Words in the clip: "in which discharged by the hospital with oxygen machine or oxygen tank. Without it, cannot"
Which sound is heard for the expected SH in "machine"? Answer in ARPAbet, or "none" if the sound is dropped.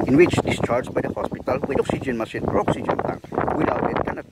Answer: S